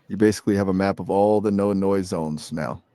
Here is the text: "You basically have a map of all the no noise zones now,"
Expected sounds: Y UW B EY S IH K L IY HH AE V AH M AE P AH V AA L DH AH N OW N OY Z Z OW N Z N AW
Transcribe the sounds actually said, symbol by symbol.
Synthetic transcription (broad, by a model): Y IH B EY S IH K L IY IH V AH M AE P AH V AA L DH AH N OW N OY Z Z OW N Z N AW